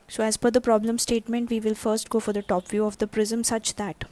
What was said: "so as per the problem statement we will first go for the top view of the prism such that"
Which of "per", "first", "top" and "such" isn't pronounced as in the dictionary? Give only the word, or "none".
per